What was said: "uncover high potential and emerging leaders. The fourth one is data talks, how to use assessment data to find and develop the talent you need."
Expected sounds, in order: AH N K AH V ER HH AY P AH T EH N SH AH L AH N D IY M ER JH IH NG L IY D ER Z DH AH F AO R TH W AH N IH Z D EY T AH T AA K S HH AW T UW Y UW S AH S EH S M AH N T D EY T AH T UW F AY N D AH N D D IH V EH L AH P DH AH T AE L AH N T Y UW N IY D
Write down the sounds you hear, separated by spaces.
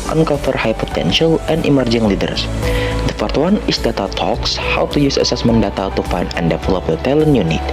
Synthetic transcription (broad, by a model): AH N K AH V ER HH AY P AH T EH N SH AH L AH N D IY M ER JH IH NG L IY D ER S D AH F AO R T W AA N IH S D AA T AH T AA K S HH AW T UW Y UW S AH S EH S M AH N D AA T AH T UW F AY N AH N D D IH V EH L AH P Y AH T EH L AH N Y UW N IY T